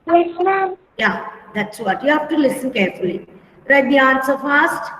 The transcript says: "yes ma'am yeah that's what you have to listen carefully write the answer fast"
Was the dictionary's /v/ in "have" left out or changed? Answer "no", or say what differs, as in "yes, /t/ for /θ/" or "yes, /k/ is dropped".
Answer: yes, /f/ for /v/